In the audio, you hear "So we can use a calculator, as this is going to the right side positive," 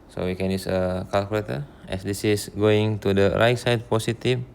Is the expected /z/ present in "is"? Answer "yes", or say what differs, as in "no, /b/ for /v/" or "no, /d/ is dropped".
no, /s/ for /z/